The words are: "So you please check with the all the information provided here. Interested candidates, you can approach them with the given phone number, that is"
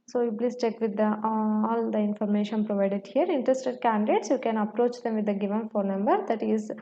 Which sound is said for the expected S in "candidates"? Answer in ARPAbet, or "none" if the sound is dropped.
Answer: S